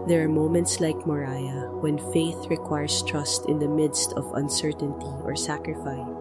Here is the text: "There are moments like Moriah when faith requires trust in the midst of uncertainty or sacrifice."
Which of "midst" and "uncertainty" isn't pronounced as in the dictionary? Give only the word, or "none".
none